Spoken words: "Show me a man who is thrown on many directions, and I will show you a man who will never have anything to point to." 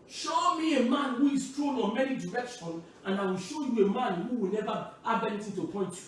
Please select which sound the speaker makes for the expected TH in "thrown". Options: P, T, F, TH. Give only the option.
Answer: T